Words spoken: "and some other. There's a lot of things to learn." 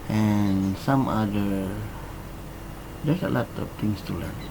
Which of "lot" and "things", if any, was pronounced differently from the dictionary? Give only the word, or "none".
things